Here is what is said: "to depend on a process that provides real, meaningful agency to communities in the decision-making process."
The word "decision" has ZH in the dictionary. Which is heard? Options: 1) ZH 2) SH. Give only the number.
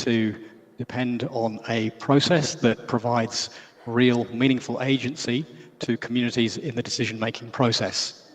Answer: 1